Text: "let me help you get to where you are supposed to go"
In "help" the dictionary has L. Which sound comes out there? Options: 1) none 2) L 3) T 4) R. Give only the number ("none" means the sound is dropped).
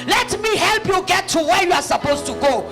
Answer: 2